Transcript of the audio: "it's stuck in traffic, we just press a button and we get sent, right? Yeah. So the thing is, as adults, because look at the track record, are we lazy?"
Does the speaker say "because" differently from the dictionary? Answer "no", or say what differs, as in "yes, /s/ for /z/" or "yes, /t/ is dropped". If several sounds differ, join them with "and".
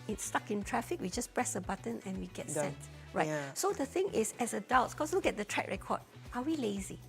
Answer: yes, /s/ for /z/